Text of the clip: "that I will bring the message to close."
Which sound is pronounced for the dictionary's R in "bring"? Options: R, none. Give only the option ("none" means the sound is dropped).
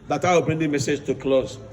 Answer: R